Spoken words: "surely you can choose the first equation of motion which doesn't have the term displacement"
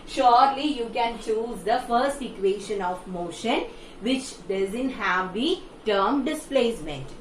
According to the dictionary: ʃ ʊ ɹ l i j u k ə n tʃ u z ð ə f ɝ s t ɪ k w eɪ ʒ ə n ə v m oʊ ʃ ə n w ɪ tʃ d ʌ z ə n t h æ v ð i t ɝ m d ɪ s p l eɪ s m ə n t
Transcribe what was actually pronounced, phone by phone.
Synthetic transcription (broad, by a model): ʃ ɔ ɹ l i j u k ə n tʃ u z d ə f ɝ s t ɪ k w eɪ ʃ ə n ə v m oʊ ʃ ə n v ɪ tʃ d ʌ z ə n t h æ v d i t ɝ m d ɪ s p l eɪ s m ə n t